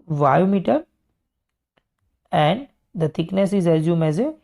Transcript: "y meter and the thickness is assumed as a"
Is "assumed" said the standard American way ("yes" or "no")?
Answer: no